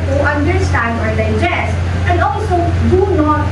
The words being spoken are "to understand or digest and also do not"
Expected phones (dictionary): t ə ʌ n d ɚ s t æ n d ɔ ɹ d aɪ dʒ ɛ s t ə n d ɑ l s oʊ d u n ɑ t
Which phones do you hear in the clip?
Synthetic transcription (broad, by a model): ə ʌ n d ɚ s t æ n d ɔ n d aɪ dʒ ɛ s ə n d ɑ l s oʊ d u n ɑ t